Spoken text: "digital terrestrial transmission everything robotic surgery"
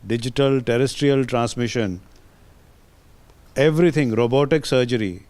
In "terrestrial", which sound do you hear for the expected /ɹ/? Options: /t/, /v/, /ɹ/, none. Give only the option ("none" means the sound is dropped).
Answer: /ɹ/